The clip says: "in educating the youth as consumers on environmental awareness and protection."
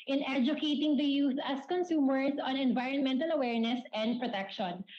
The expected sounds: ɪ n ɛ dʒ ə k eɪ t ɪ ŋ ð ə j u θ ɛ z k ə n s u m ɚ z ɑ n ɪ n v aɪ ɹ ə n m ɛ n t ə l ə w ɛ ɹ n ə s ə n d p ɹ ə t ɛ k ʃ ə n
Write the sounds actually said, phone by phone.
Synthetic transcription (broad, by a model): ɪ n ɛ dʒ ə k eɪ t ɪ ŋ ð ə j u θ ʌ s k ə n s u m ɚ s ɑ n ɪ n v aɪ ɹ ə n m ɛ n t ə l ə w ɛ ɹ n ə s ə n d p ɹ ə t ɛ k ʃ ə n